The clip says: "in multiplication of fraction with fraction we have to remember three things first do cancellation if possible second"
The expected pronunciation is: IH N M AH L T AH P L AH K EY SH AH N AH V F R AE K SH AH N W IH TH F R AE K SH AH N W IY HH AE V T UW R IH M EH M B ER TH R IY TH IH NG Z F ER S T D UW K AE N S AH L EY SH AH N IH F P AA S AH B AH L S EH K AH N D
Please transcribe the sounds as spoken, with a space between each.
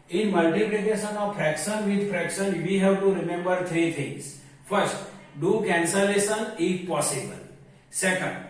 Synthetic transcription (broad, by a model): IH N M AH L T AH P L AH K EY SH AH N AH V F R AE K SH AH N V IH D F R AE K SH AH N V IY HH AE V T UW R IH M EH M B ER T R IY T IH NG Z F ER S T D UW K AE N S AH L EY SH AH N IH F P AA S AH B AH L S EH K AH N D